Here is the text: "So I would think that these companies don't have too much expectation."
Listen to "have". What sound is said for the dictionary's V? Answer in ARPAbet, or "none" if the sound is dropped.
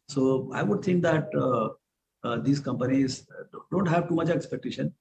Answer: V